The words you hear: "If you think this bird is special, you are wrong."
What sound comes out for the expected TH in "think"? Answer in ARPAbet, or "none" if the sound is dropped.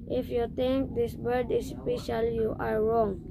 T